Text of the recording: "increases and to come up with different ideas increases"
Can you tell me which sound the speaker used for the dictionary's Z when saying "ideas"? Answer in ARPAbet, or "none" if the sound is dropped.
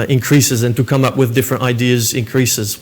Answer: Z